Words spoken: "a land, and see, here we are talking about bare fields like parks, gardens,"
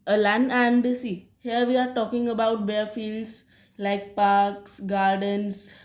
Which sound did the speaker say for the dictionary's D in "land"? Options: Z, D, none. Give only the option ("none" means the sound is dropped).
none